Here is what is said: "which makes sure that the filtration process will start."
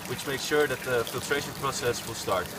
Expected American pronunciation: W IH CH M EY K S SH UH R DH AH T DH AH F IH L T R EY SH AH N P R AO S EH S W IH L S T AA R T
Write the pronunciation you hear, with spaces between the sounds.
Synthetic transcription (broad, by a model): W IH CH M EY K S SH UH R DH AH T DH AH F IH L T R EY SH AH N P R AO S EH S W IH L S T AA R T